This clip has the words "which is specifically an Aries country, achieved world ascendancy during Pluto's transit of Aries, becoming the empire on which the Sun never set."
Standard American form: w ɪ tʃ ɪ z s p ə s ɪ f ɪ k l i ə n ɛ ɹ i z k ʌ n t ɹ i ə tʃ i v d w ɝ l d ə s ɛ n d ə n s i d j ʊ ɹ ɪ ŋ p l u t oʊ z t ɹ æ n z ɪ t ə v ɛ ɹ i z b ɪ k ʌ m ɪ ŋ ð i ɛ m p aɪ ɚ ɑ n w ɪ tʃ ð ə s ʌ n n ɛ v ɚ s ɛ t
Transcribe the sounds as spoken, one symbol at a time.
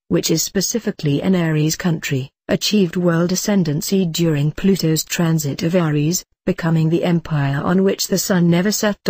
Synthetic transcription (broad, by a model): w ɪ tʃ ɪ z s p ə s ɪ f ɪ k l i ə n ɛ ɹ i z k ʌ n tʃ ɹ i ə tʃ i v d w ɝ l d ə s ɛ n d ə n s i d j ʊ ɹ ɪ ŋ p l u t oʊ z t ɹ æ n z ɪ t ə v ɛ ɹ i z b ɪ k ʌ m ɪ ŋ ð i ɛ m p aɪ ɚ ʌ n w ɪ tʃ ð ə s ʌ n n ɛ v ɚ s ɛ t